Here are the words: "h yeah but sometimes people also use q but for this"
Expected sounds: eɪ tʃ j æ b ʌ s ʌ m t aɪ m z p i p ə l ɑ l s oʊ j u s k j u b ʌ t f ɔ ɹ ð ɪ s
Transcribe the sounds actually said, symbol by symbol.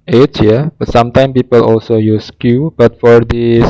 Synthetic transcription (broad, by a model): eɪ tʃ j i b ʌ s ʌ m t aɪ m p i p ə l ɑ l s oʊ j u s k j u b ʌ t f ɔ ɹ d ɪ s